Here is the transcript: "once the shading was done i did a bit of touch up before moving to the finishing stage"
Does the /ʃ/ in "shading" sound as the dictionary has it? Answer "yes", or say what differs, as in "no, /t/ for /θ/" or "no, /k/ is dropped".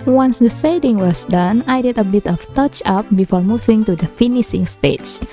no, /s/ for /ʃ/